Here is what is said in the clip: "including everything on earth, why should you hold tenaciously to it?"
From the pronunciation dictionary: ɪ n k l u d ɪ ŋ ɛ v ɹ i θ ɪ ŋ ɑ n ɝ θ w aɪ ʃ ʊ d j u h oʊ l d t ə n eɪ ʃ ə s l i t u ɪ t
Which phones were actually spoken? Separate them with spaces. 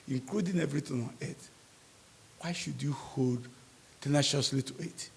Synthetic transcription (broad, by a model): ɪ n k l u d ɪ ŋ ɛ v ɹ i t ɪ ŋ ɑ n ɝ t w aɪ ʃ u d j u h oʊ l d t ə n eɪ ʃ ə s l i t u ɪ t